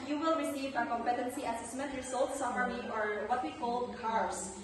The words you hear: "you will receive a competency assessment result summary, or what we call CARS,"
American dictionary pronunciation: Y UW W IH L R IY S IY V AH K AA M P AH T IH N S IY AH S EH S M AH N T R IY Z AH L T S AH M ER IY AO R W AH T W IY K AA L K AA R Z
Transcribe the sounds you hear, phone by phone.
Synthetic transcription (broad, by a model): Y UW W IH L R IY S IY V AH K AA M P AH T IH N S IY AH S EH S M AH N T R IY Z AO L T S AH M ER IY AO R W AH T W IY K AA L K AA R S